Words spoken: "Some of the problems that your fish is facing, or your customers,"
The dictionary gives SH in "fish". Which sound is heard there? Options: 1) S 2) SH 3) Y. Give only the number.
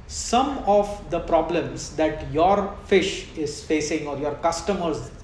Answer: 2